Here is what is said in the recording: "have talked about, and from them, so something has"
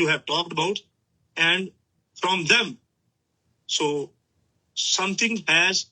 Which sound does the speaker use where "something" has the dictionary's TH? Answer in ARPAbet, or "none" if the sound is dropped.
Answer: T